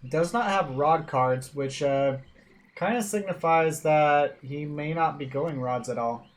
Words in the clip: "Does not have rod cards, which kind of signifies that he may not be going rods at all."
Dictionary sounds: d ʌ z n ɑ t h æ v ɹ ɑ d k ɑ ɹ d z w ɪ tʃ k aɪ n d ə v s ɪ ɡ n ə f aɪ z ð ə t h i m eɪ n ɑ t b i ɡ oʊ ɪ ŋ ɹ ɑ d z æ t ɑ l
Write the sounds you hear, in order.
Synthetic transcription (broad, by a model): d ʌ z n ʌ t h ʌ v ɹ ɑ d k ɑ ɹ d z w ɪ tʃ k aɪ n d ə s ɪ ɡ n ə f aɪ z ð ə t h i m eɪ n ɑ t b i ɡ oʊ ɪ ŋ ɹ ɑ d z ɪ t ɑ l